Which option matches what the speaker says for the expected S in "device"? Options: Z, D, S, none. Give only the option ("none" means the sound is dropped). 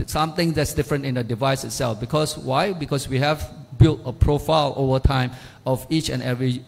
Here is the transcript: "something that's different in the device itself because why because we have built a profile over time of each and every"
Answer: S